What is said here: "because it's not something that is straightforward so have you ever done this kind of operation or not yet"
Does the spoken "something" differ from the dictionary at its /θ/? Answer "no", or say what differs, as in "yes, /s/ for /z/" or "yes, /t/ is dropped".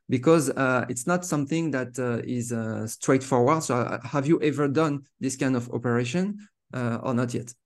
no